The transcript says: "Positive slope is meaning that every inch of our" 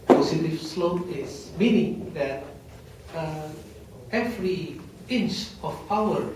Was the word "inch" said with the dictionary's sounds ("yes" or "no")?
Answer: yes